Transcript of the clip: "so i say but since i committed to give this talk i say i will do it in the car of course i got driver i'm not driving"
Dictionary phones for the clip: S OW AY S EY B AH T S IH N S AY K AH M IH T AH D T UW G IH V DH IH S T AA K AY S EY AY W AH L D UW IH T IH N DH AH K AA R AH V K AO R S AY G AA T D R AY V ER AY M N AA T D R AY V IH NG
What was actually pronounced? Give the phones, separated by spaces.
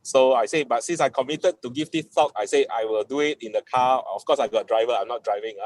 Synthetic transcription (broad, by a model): S OW AY S EY B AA T S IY N S AY K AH M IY T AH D T UW G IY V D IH T AA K AY S EY AY W AH L D UW IH T IH N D AH K AA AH F K AO S AY G AA T D R AY V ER AY M N AA T D R AY V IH NG